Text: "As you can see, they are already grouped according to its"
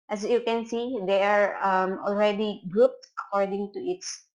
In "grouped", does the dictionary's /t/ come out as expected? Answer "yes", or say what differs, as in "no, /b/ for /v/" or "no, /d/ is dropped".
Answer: yes